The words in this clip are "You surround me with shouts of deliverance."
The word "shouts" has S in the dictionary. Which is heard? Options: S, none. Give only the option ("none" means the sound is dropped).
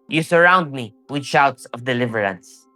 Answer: S